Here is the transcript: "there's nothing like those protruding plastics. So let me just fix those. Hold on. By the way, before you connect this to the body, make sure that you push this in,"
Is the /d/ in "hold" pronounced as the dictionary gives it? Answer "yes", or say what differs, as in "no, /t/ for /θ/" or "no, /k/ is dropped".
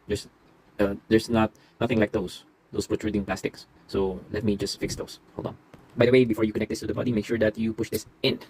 no, /d/ is dropped